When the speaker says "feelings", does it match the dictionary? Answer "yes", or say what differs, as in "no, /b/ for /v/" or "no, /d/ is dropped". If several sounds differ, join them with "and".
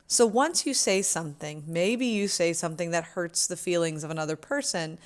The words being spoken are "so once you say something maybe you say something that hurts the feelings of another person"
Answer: yes